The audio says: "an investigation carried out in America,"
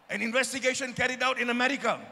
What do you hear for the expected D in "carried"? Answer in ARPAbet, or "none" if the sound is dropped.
D